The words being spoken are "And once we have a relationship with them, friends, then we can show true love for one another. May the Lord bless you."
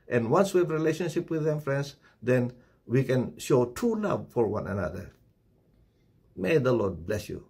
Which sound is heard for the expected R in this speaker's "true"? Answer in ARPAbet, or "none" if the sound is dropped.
none